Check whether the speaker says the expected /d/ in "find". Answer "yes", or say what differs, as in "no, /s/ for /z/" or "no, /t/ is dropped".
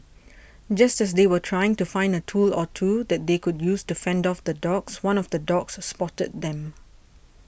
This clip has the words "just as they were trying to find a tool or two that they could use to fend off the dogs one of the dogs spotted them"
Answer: yes